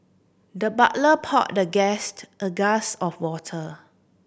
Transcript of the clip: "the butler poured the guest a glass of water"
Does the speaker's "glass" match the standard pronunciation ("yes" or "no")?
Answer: no